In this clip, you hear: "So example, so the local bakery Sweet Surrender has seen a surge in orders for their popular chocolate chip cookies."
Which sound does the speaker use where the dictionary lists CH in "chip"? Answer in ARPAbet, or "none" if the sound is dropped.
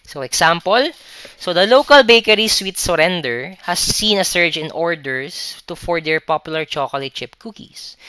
CH